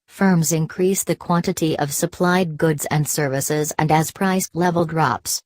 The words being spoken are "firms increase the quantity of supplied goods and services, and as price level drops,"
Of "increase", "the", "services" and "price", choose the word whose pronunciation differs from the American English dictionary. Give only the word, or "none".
none